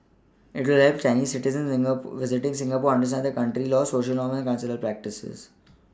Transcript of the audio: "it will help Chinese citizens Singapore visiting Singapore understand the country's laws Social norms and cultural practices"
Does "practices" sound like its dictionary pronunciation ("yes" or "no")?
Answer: yes